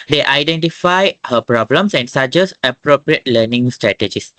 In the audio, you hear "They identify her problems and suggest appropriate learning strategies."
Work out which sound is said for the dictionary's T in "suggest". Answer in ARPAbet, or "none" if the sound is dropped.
none